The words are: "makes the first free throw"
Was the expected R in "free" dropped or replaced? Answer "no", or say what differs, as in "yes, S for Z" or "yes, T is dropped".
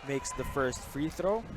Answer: no